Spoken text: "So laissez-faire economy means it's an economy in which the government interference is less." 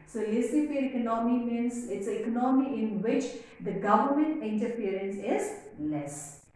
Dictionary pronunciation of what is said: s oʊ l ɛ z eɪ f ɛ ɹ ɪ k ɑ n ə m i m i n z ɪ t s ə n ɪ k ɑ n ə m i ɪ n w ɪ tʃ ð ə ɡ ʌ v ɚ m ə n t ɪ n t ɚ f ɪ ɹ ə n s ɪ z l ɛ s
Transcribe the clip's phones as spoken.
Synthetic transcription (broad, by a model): s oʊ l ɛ s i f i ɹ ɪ k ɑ n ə m i m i n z ɪ t s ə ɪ k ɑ n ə m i ɪ n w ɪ tʃ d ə ɡ ʌ v ɚ m ə n t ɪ n t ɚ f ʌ ɹ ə n s ɪ z l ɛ s